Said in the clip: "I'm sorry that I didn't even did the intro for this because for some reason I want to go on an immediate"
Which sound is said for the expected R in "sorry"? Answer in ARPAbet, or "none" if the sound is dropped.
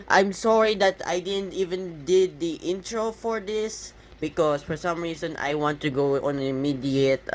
R